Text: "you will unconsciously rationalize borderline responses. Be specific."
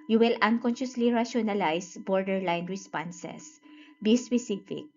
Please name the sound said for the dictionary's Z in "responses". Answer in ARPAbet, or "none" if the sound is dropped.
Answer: S